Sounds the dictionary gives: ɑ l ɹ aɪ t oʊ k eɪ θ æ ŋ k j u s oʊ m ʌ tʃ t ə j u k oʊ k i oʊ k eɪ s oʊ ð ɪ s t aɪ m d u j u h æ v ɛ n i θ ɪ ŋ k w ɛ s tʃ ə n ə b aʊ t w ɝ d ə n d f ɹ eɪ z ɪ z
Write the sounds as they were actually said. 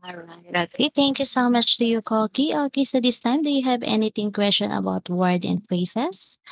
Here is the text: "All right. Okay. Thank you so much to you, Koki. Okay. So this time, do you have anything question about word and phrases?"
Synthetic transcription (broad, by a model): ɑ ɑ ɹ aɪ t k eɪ t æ ŋ k j u s oʊ m ʌ tʃ t ə j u k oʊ k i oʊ k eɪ s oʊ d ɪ s t aɪ m d u j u h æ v ɛ n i t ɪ ŋ k w ɛ s tʃ ə n ə b aʊ t w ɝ d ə n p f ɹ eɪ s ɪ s